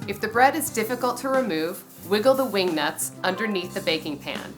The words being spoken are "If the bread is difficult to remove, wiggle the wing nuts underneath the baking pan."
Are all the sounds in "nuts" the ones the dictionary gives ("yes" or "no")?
yes